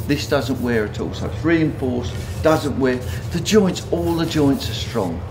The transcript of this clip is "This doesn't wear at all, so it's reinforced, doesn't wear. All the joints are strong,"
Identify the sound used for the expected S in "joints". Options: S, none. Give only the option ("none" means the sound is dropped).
S